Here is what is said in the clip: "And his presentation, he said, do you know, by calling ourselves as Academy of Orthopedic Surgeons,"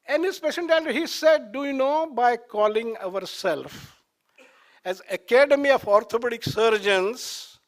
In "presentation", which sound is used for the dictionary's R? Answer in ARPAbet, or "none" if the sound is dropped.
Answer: none